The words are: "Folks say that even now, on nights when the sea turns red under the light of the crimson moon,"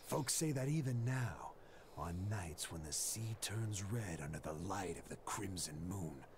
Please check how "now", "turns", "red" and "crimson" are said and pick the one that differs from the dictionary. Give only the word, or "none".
none